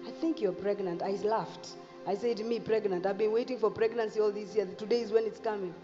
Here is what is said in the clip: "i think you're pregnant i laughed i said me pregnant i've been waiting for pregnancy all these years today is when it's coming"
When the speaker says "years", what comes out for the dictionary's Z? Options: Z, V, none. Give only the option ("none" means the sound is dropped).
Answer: none